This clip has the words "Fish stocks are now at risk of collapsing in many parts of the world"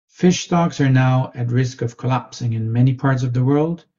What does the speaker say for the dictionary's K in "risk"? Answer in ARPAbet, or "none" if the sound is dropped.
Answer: K